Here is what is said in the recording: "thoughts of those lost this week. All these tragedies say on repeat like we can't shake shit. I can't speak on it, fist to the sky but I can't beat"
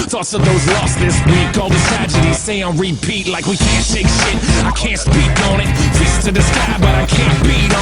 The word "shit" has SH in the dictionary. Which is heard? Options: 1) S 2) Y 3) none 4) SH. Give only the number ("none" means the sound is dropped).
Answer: 4